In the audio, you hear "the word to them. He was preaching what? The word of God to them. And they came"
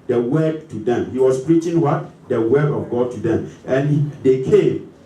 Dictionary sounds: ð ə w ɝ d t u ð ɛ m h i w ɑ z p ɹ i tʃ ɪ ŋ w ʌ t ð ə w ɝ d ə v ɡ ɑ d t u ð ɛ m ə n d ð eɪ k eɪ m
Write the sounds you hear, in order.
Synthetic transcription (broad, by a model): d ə w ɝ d t u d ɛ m h i w ɑ s p ɹ i tʃ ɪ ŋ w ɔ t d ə w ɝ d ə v ɡ ɑ d t u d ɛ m ə n d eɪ k eɪ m